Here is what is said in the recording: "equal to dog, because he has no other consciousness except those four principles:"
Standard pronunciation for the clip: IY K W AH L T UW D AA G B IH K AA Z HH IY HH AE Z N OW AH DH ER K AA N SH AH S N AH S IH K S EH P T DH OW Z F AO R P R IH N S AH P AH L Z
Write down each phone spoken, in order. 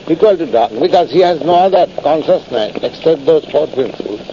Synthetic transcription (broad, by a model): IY K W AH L T UW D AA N B IH K AA Z HH IY HH AE Z N OW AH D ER K AA N SH AH S N AH S IH K S EH P T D OW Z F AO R P R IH N S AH P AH L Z